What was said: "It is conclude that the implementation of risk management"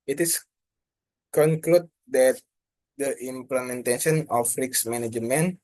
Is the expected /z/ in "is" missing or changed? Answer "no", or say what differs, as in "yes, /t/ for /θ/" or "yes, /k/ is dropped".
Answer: yes, /s/ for /z/